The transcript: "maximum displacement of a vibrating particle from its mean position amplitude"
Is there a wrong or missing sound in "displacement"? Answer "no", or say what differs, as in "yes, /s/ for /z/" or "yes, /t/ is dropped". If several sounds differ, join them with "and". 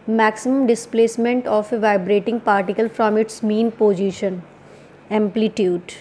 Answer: no